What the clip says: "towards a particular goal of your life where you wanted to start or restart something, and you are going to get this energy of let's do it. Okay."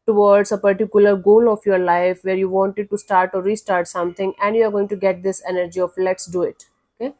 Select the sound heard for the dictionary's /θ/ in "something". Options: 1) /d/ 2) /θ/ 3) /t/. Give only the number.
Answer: 3